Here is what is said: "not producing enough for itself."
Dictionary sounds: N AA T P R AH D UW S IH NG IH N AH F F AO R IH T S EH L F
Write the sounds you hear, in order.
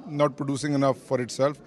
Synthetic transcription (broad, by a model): N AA T P R AH D UW S IH NG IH N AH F F AO R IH T S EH L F